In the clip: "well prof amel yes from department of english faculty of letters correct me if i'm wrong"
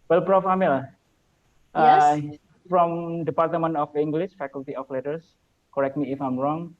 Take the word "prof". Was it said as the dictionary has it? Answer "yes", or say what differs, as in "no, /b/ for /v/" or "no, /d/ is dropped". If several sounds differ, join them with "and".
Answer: yes